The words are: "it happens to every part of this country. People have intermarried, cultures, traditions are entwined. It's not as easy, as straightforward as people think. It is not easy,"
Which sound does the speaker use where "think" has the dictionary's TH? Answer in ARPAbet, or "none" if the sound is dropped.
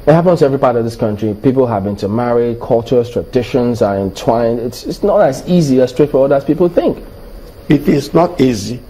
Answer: TH